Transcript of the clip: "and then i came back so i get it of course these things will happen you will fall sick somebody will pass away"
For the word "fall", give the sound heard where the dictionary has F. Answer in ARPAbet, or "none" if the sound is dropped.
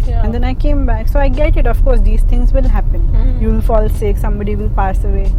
F